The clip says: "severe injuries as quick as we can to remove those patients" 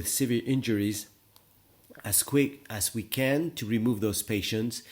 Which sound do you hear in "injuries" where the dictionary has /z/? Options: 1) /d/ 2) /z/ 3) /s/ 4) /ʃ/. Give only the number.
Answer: 2